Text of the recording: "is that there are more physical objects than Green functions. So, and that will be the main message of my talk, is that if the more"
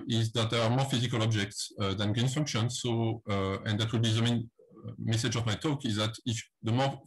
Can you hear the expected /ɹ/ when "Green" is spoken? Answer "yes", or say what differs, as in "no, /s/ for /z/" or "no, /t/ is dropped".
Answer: no, /ɹ/ is dropped